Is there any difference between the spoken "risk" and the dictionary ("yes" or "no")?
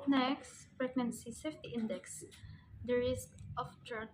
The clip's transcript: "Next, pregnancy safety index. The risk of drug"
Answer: no